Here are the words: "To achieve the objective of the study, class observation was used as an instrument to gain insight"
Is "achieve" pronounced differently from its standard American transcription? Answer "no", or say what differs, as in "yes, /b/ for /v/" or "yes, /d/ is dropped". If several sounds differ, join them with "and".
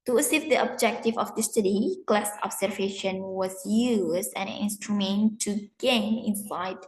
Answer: yes, /s/ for /tʃ/